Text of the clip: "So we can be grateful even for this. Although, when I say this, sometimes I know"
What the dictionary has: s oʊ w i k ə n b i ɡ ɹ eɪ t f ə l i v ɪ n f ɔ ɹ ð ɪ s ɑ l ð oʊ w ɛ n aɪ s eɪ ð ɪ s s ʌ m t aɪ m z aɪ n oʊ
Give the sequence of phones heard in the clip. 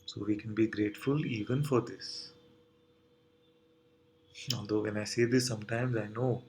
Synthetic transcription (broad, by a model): s oʊ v i k ə n b i ɡ ɹ eɪ t f ə l i v ɪ n f ɔ ɹ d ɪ s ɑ l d oʊ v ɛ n aɪ s eɪ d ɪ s s ʌ m t aɪ m z aɪ n oʊ